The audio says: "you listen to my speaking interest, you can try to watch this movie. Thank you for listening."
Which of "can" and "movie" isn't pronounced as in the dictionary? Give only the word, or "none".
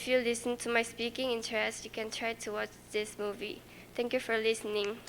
none